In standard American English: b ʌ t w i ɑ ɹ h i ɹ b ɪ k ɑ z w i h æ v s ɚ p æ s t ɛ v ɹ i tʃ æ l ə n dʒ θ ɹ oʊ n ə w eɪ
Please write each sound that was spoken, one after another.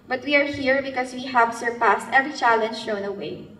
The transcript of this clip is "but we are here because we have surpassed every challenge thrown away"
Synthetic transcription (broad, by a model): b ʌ t w i ɑ ɹ h i ɹ b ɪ k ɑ s w i h æ v s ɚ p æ s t ɛ v ɹ i tʃ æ l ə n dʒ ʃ oʊ n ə w eɪ